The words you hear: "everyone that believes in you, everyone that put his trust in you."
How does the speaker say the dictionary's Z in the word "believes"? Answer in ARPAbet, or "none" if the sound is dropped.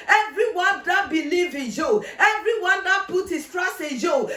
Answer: none